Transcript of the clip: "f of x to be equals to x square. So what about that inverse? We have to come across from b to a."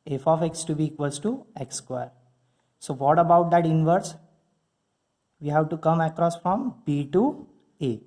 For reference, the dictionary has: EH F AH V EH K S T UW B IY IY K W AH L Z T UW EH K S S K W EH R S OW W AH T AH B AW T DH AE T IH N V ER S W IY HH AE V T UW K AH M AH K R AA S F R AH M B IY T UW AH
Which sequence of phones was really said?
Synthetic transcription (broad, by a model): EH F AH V EH K S T UW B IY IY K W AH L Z T UW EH K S S K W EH R S OW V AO T AH B AW T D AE T IH N V ER S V IY HH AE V T UW K AH M AH K R AA S F R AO M B IY T UW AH